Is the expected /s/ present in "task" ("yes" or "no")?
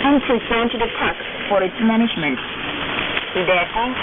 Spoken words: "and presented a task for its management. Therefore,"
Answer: no